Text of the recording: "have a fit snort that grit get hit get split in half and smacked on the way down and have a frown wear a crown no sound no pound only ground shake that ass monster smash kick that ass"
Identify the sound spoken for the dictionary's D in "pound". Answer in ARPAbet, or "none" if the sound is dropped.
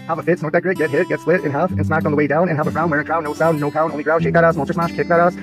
none